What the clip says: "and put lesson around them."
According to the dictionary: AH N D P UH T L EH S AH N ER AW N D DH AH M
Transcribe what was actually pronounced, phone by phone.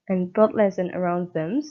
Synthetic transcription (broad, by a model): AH N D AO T L EH S AH N ER AW N D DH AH M